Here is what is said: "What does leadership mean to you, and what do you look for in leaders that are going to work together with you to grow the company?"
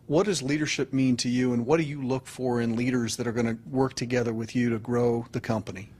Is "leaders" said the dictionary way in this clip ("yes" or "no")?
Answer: yes